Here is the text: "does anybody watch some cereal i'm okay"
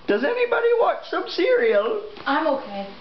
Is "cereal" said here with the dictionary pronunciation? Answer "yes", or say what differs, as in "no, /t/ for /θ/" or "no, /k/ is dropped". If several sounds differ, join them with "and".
yes